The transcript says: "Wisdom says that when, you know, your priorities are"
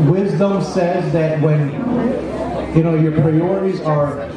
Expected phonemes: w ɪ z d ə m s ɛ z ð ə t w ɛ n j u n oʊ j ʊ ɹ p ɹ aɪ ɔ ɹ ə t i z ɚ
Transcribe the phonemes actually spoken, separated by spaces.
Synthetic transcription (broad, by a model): w ɪ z d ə m s ɛ z ð ə t w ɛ n j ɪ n oʊ j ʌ ɹ p ɹ aɪ ɔ ɹ ə t i z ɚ